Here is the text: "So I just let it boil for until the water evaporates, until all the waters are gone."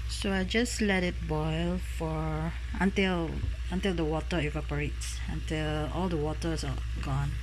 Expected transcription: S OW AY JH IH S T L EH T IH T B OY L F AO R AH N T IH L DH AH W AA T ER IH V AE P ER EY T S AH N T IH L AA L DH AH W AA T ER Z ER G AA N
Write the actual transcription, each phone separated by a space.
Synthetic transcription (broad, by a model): S OW AY JH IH S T L EH T IH T B OY L F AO L AH N T IH L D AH W AA T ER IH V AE P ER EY T S AH N T IH L AA L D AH W AA T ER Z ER G AA N